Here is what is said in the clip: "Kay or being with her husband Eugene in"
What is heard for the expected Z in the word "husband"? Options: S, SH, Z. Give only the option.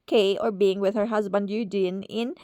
Z